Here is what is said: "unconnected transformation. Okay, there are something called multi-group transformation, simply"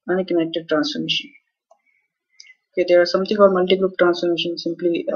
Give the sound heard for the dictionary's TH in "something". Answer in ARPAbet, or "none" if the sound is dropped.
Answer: T